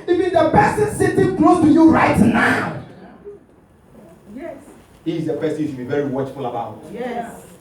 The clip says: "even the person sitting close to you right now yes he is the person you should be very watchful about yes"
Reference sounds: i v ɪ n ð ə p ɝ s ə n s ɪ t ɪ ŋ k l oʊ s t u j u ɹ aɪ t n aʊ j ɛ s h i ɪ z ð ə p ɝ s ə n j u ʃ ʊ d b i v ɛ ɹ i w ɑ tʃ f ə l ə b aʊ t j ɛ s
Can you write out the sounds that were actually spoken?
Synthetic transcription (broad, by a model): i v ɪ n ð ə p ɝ s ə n s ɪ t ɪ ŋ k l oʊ t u j u ɹ aɪ t n aʊ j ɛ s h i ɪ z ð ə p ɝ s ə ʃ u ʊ b i v ɛ ɹ i w ɑ tʃ f ə l ə b aʊ t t